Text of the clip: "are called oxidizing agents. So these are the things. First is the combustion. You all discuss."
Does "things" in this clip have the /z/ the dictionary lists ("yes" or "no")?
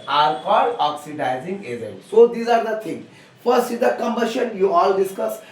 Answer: no